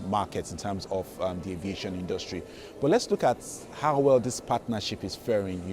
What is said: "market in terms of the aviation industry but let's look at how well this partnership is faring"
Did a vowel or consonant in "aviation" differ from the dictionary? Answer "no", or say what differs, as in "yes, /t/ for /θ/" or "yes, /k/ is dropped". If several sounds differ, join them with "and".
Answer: no